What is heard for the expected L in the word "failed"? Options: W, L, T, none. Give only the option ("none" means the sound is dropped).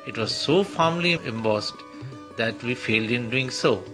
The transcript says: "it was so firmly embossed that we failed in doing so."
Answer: L